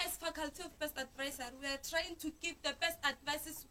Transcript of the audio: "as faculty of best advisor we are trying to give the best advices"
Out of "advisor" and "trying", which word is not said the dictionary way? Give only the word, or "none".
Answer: advisor